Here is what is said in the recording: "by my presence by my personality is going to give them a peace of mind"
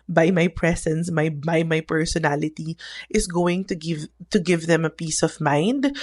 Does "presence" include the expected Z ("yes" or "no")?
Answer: no